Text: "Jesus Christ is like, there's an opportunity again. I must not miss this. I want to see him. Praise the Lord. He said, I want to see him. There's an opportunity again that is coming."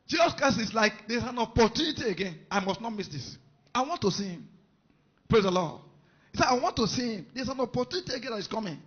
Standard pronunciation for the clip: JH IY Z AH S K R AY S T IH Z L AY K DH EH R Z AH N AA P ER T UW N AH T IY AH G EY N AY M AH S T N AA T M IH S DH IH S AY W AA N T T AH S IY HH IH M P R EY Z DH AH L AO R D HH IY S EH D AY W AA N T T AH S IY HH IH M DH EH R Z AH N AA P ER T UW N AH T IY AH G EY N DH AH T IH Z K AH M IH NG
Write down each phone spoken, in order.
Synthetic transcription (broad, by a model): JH IY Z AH S K R AY S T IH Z L AY K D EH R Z AH N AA P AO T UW N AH T IY AH G EY N AY M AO S T N AA T M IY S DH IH S AY W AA N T T AH S IY HH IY M P R EY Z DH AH L AO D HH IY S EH AY W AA N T T AH S IY HH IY M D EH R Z AH N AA P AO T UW N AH T IY AH G EY N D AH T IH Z K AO M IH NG